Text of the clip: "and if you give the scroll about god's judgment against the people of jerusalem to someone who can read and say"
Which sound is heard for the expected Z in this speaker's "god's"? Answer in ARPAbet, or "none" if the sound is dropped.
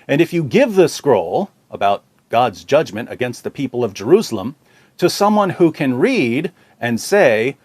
Z